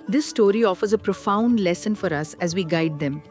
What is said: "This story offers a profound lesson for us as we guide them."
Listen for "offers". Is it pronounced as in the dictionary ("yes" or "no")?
yes